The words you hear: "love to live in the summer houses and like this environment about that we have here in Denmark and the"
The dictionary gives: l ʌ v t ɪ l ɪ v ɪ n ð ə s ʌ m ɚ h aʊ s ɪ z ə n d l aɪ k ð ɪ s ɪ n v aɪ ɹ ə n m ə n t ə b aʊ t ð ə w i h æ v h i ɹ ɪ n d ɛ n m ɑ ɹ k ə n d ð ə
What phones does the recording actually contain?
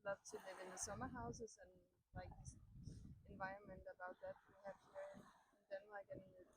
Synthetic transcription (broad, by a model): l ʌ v s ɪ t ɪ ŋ ɪ n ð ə s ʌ m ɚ h aʊ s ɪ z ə n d l aɪ k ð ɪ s ɪ n v aɪ ɹ ə n m ə n t ə b aʊ t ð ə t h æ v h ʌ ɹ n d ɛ n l ɑ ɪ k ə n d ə